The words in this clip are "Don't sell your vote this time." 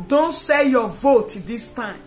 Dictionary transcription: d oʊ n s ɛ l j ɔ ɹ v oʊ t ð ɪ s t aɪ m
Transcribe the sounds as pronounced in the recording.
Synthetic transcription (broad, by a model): d oʊ n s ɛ j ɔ v oʊ t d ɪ s t aɪ m